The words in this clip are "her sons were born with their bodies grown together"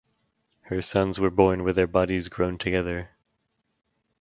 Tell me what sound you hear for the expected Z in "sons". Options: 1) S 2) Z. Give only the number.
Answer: 2